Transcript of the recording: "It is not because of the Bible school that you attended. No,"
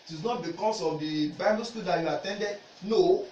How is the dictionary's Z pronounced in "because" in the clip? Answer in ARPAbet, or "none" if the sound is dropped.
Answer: S